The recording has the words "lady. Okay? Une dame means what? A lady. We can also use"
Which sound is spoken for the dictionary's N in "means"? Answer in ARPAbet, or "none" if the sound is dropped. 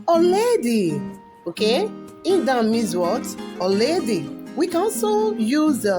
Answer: none